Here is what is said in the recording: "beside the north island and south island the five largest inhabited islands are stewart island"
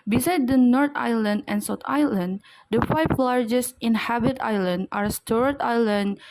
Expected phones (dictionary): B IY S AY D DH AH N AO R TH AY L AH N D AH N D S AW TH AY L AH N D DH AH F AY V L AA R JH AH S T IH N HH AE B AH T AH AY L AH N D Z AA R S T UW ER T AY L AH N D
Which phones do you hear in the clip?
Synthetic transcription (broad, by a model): B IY S AY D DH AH N AO R T AY L AH N D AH N S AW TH AY L AH N D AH F AY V L AA R JH AH S T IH N HH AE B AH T AY L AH N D AA R S T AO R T AY L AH N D